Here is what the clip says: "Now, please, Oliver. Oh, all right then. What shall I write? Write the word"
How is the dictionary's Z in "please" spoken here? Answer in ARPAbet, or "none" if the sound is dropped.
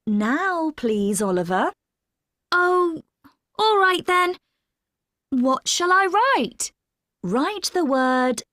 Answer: Z